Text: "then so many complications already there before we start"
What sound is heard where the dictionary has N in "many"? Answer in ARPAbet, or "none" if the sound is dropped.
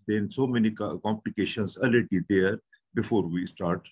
N